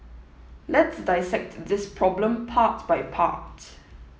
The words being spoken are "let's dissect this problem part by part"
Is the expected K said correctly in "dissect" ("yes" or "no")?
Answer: yes